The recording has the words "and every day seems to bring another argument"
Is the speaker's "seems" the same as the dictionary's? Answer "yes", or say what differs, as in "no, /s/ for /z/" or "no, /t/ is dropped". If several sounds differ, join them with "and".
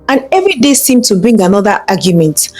no, /z/ is dropped